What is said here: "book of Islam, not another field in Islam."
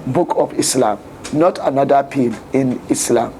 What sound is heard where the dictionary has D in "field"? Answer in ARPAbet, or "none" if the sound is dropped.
none